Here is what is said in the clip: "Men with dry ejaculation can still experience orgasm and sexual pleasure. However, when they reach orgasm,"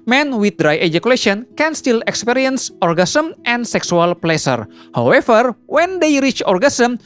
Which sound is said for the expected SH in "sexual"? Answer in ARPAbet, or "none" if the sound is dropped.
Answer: S